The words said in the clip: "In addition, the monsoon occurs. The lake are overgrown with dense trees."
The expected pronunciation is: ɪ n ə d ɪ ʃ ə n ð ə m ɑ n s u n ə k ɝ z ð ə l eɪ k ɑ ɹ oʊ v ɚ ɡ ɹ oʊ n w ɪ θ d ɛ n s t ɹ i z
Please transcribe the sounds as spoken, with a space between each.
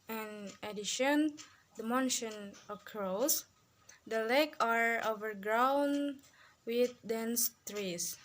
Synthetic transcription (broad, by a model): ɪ n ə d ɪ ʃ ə n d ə m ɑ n ʃ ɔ n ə k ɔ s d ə l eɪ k ɑ ɹ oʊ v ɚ ɡ ɹ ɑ n w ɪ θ d ɛ n s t ɹ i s